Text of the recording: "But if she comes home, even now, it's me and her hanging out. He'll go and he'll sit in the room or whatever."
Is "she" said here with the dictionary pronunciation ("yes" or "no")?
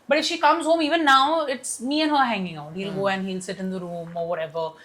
yes